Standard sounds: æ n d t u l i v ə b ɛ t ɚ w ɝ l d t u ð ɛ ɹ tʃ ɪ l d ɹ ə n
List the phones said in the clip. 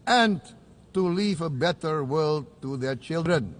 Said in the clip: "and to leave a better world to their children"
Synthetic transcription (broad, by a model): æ n t u l i v ə b ɛ t ɚ w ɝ l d t u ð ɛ ɹ tʃ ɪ l d ɹ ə n